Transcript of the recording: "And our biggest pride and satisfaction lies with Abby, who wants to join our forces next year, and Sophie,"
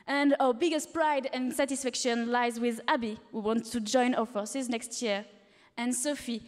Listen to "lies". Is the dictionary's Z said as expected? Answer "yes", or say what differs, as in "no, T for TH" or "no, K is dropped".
yes